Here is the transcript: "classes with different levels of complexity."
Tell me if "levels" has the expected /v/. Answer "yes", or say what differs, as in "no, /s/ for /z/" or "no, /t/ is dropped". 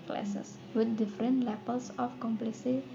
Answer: no, /p/ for /v/